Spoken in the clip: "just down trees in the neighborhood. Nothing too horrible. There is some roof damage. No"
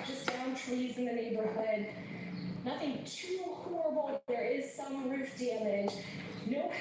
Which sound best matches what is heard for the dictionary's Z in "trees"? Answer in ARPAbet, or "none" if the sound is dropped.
Z